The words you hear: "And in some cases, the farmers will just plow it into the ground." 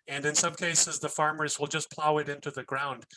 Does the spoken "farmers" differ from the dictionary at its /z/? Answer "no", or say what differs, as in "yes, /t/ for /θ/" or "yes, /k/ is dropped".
no